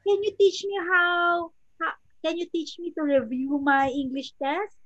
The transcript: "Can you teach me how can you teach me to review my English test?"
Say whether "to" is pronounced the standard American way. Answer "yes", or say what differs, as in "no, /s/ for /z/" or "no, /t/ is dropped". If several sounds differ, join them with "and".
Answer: yes